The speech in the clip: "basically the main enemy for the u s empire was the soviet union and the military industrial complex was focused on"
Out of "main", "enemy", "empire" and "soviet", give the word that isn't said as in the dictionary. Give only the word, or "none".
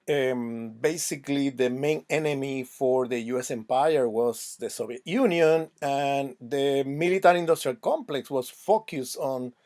soviet